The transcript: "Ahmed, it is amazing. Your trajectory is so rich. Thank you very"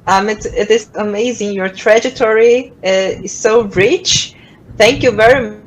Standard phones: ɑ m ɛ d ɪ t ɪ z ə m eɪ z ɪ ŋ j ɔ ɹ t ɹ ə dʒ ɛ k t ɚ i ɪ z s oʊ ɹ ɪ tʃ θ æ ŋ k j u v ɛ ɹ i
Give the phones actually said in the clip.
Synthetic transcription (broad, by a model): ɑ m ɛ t ɪ t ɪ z ə m eɪ z ɪ ŋ j ɔ ɹ t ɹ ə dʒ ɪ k t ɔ i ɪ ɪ s oʊ ɹ ɪ tʃ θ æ ŋ k j u v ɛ ɹ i